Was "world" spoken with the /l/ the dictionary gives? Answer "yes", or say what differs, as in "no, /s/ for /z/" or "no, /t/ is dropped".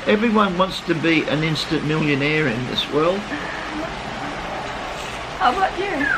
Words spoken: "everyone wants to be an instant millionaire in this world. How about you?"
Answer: yes